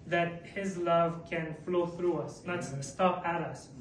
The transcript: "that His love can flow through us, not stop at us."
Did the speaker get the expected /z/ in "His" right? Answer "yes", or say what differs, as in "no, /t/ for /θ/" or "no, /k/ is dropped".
yes